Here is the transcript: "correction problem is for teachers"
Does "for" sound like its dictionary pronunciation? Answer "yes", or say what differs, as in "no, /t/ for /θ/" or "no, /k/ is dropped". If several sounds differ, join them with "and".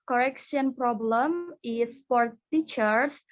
no, /p/ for /f/